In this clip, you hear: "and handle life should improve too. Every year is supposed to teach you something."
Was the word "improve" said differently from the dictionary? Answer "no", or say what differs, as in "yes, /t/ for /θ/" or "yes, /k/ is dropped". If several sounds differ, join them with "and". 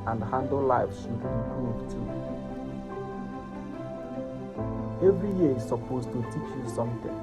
yes, /m/ is dropped